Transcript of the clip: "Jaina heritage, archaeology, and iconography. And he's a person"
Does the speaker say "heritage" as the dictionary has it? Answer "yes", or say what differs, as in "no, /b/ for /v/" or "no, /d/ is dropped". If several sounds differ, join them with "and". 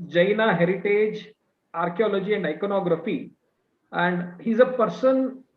yes